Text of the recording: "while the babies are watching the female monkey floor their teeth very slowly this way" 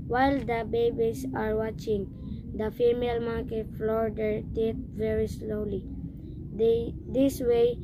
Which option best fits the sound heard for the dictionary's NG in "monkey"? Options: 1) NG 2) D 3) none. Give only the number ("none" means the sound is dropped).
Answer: 3